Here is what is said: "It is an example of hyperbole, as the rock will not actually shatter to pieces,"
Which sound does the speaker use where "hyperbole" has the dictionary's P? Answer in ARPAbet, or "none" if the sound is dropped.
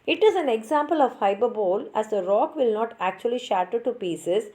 B